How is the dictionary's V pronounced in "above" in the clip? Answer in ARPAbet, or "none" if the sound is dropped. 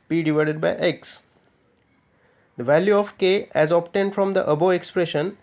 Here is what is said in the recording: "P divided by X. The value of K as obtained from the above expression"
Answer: none